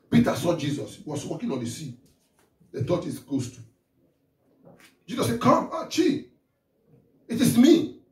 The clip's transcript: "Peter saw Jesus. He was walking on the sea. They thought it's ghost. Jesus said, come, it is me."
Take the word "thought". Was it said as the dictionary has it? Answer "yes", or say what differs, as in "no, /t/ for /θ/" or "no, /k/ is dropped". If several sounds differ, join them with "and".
no, /t/ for /θ/